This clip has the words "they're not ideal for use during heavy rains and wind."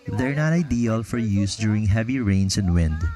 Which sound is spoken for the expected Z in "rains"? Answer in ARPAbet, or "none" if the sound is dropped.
S